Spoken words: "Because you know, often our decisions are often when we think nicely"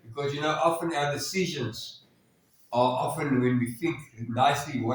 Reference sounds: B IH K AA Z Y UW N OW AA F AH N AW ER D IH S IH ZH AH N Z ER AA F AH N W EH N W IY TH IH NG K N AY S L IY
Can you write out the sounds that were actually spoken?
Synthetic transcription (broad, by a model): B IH K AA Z Y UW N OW AA F AH N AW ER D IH S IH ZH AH N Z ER AA F AH N W EH N W IY TH IH NG K N AY S L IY